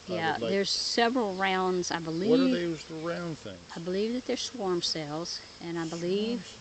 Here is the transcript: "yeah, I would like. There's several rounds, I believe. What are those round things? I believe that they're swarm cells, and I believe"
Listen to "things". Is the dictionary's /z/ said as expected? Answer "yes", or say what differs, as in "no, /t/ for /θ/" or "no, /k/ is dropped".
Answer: no, /z/ is dropped